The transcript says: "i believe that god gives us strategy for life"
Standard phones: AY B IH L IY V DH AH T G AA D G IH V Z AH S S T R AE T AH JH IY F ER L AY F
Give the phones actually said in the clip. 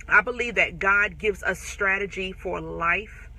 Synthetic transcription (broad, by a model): AY B IH L IY V DH AH T G AA D G IH V Z AH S S T R AE T AH JH IY F ER L AY F